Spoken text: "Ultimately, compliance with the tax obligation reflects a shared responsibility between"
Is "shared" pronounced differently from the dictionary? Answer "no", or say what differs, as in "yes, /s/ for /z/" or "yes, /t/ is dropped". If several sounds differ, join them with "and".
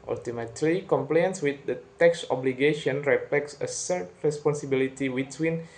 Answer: yes, /s/ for /ʃ/